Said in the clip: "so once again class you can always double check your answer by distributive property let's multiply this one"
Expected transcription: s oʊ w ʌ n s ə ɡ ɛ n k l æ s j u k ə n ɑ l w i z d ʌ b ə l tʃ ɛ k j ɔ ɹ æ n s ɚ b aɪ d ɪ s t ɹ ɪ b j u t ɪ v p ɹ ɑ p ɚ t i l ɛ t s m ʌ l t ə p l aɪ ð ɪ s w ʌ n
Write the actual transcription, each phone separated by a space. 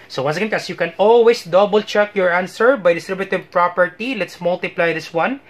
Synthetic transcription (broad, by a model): s oʊ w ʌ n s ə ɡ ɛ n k æ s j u k ə n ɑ l w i s d ʌ b ə l tʃ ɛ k j ɔ ɹ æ n s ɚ b aɪ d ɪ s t ɹ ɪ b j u t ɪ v p ɹ ɑ p ɚ t i l ɛ t s m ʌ l t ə p l aɪ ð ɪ s w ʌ n